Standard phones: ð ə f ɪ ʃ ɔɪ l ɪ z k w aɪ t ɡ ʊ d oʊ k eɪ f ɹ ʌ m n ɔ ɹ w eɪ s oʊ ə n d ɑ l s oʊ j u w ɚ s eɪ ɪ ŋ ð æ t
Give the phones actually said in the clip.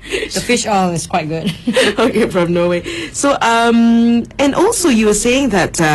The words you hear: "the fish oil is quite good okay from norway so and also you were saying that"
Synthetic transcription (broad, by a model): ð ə f ɪ ʃ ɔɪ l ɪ s k w aɪ t ɡ ʊ d oʊ k eɪ f ɹ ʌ m n ɔ w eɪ s oʊ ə n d ɑ l s oʊ j u w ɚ s eɪ ɪ ŋ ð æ t